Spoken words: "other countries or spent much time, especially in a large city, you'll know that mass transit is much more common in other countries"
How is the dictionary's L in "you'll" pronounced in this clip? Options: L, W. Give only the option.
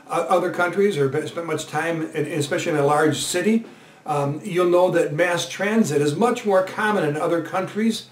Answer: L